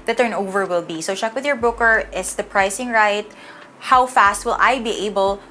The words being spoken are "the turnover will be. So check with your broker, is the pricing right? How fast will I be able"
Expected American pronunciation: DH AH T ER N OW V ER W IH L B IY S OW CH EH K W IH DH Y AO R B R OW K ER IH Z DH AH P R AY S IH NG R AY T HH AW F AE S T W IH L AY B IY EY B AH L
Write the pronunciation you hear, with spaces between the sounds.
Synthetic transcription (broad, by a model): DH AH T ER N OW V ER W IH L B IY S OW CH EH K W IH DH Y AO R B UH K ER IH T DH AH P R AY S IH NG R AY T HH AW F AE S T W IH L AY B IY EY B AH L